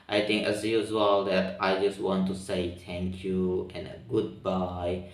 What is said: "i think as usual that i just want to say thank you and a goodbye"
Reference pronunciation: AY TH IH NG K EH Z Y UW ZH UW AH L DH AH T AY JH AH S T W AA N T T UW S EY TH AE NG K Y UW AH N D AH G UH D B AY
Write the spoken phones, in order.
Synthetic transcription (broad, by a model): AY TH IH NG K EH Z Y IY Z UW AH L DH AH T AY JH AH S T W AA N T T UW S EY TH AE NG K Y UW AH N AH G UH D B AY